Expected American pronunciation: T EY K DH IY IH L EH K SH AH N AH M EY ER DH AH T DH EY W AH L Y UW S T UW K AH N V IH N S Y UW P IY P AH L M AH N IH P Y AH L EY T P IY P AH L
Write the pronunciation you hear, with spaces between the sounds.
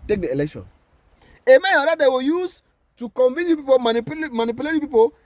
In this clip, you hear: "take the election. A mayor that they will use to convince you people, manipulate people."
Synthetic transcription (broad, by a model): T EY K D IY IH L EH K SH AH N AH M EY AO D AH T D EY W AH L Y UW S T UW K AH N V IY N Y UW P IY P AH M M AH N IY P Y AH L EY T P IY P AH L